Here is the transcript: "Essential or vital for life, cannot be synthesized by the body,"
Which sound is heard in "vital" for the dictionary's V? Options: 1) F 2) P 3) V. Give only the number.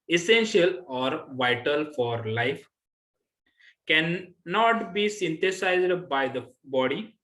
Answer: 3